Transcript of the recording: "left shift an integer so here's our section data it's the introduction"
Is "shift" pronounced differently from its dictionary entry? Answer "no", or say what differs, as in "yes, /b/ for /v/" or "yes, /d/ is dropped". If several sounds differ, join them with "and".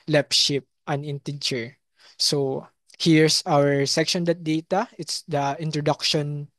yes, /p/ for /f/